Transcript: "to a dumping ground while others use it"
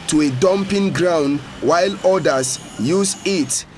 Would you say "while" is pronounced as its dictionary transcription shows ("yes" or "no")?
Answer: yes